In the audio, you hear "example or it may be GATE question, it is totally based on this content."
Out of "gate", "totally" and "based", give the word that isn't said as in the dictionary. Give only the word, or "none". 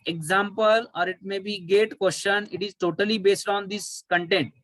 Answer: none